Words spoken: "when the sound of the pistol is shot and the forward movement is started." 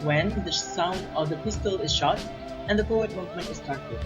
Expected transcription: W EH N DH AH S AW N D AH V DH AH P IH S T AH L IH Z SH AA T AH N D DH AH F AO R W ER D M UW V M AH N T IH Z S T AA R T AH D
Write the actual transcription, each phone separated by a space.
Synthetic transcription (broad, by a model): W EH N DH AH S AW N D AH V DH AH P IH S T AH L IH Z SH AA T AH N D DH AH P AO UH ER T M UW V M AH N T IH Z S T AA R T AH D